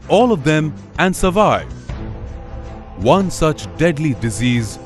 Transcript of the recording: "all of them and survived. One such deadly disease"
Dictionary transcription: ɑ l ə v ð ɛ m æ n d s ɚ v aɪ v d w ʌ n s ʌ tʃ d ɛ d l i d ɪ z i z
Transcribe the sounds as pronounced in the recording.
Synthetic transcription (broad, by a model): ɑ l ə v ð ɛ m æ n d s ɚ v aɪ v w ʌ n s ʌ tʃ d ɛ d l i d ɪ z i z